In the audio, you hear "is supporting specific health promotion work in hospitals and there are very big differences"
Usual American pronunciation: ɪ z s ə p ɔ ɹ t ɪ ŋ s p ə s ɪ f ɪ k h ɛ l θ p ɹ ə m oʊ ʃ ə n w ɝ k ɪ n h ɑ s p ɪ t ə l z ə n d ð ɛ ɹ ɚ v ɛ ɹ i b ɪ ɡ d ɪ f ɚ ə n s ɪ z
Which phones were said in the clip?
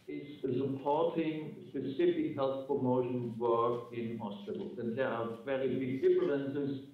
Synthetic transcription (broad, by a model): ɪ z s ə p ɔ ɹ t ɪ ŋ s p ə s ɪ f ɪ k h ɛ l θ p ɹ ə m oʊ ʃ ə n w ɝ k ɪ n h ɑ s p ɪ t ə l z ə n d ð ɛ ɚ v ɛ ɹ i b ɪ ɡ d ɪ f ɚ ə n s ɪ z